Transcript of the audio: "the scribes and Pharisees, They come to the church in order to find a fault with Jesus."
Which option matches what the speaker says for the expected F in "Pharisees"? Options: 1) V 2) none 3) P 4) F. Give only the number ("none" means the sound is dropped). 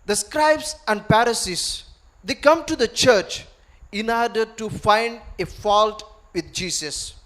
3